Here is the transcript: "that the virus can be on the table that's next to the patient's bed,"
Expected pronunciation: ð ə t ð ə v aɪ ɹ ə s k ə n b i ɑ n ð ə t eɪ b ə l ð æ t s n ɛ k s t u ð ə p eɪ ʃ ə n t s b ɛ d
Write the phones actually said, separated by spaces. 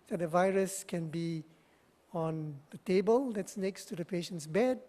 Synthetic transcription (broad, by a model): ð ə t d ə v aɪ ɹ ə s k ə n b i ɑ n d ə t eɪ b ə l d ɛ t s n ɛ k s t u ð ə p eɪ ʃ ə n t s b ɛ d